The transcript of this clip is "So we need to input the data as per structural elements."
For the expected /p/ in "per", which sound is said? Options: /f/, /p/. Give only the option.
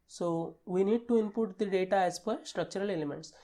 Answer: /f/